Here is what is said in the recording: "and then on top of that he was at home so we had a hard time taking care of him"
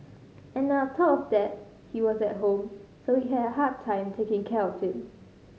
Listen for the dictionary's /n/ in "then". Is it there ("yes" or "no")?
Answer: no